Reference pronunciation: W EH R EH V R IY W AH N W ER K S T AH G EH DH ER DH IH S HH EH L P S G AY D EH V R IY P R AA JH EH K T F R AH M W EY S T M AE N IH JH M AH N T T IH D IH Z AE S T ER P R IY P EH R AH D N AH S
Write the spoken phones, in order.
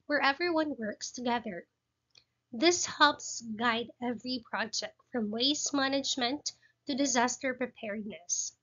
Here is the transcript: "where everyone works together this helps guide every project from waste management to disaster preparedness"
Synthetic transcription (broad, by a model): W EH R EH V R IY W AH N W ER K S T AH G EH DH ER DH IH S HH EH L P S G AY D EH V R IY P R AA JH EH K T F R AH M W EY S M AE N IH JH M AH N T T IH D IH Z AE S T ER P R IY P EH R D N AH S